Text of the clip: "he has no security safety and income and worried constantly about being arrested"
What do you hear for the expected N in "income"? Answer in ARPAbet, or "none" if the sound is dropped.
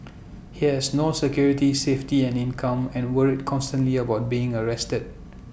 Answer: N